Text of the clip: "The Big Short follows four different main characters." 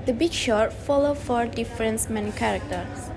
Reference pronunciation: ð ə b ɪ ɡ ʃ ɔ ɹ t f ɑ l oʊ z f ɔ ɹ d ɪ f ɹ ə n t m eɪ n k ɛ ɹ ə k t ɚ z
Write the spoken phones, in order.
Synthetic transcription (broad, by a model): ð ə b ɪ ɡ ʃ ɔ ɹ t f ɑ l oʊ f ɔ ɹ d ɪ f ɹ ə n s m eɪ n k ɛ ɹ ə k t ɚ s